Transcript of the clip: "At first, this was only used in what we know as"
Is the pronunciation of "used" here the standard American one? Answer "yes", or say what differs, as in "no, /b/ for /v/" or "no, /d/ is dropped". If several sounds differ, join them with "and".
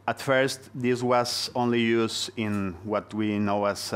no, /d/ is dropped